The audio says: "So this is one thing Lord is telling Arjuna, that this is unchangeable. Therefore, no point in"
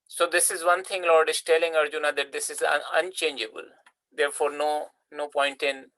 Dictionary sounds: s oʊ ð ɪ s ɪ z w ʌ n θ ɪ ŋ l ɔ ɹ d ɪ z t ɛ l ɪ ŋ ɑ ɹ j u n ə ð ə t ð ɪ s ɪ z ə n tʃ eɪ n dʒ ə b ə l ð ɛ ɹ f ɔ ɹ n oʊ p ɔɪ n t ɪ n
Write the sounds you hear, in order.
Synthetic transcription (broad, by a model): s oʊ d ɪ s ɪ z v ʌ n t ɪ ŋ l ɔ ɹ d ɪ s t ɛ l ɪ ŋ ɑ ɹ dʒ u n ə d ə t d ɪ s ɪ z ə n tʃ eɪ n dʒ ə b ə l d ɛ ɹ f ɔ ɹ n oʊ p ɔɪ n t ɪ n